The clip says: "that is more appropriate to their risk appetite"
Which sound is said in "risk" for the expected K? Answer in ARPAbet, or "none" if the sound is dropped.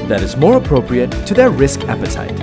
K